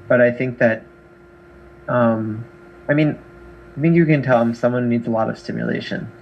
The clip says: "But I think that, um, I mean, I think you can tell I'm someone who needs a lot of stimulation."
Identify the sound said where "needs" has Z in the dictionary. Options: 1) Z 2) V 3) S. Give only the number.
1